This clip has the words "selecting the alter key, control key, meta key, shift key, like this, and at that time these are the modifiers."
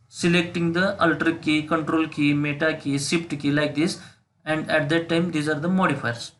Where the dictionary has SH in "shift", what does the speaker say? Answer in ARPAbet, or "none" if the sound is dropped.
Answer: S